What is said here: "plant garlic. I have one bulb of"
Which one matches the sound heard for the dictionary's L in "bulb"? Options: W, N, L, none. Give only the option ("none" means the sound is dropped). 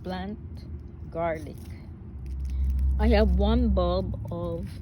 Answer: none